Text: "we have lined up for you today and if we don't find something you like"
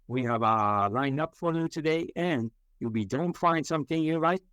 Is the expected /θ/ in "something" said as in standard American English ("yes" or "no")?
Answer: yes